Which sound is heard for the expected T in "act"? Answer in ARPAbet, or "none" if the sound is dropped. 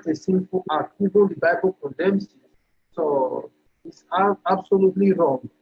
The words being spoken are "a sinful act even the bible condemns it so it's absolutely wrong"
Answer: none